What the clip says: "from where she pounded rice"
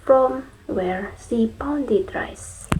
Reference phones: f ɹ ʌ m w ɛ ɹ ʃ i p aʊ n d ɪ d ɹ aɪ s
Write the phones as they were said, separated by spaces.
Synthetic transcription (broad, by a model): f ɹ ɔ m w ɛ ɹ s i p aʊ n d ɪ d ɹ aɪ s